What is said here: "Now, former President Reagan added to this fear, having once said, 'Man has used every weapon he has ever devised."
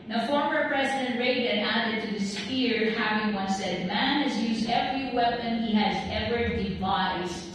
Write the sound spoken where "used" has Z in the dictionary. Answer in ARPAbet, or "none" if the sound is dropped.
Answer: Z